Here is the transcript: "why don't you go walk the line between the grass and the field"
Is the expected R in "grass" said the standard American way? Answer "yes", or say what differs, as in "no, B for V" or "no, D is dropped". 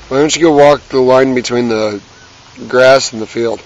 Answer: yes